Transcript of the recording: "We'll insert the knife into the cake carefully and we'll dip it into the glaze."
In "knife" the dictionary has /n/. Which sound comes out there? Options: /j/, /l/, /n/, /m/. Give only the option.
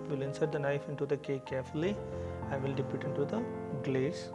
/n/